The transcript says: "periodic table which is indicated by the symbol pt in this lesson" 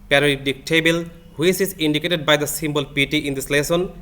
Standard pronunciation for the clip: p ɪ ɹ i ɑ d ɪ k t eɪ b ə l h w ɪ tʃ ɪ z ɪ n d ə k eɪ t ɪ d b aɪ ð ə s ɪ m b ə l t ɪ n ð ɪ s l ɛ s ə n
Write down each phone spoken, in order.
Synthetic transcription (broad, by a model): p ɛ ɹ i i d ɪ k t eɪ b ə l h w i s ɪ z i n d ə k eɪ t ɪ d b aɪ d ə s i m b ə l t ɪ n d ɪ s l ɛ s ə n